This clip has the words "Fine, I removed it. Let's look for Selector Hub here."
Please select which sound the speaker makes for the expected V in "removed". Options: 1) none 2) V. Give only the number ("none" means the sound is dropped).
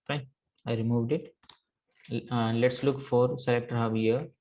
2